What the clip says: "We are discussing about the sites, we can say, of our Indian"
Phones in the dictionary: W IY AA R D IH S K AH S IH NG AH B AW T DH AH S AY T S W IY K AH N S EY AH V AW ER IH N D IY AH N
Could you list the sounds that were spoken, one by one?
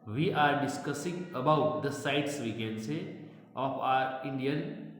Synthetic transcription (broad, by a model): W IY AA R D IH S K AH S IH NG AH B AW T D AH S AY T S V IY K AH N S EY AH P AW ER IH N D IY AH N